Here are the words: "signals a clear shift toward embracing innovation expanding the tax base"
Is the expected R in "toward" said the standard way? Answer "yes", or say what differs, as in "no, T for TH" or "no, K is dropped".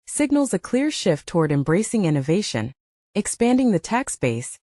yes